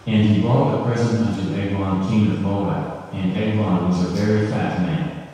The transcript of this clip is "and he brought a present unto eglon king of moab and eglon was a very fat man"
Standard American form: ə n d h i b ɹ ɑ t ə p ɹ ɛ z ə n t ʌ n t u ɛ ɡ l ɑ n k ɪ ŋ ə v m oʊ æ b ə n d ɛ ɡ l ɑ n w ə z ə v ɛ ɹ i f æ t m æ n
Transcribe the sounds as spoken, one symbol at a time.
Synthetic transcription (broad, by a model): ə n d i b ɑ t ə p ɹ ɛ z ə t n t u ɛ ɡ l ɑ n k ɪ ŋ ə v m oʊ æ ə n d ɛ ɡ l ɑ n w ə z ə v ɛ ɹ i f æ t m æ n